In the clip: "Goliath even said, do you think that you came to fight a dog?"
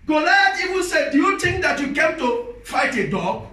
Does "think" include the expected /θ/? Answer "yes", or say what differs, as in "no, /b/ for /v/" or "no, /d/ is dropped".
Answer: no, /t/ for /θ/